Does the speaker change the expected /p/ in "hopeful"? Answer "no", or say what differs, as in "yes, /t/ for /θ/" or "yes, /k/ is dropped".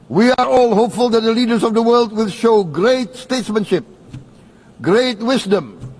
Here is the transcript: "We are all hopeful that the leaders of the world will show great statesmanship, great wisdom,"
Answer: no